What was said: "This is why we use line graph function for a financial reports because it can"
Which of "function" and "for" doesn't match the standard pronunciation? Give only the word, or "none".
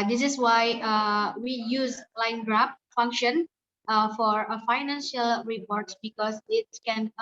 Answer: none